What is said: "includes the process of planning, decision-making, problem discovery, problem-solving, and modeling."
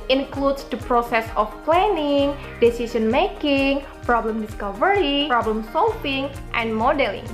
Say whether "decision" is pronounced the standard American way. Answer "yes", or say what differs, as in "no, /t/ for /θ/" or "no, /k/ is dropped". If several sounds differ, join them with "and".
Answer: no, /s/ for /ʒ/